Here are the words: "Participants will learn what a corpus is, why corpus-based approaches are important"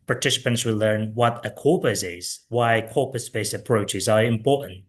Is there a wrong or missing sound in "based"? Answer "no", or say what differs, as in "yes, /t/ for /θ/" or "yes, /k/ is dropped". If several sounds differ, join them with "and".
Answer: yes, /t/ is dropped